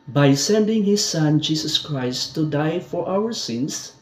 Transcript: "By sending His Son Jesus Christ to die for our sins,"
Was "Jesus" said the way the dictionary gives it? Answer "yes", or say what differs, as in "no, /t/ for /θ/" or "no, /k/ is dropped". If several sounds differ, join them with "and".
no, /s/ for /z/